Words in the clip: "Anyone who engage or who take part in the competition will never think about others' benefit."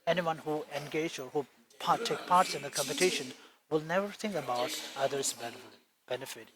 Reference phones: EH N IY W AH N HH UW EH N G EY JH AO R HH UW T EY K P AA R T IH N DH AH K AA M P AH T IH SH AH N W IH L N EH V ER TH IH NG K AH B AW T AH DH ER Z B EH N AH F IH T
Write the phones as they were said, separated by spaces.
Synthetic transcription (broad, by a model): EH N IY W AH N HH UW EH N G EY JH AO R HH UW T EY K P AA R T IH N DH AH K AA M P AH T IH SH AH N W IH L N EH V ER T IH NG K AH B AW T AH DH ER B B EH N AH F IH T